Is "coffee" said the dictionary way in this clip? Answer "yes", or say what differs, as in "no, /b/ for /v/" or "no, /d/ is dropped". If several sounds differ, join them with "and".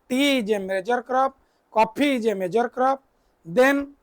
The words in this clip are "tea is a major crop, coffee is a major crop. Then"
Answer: no, /p/ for /f/